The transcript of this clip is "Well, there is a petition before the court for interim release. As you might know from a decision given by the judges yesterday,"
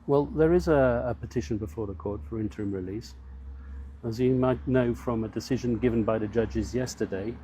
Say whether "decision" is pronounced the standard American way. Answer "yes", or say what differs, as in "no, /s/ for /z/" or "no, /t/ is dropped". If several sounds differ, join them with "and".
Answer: yes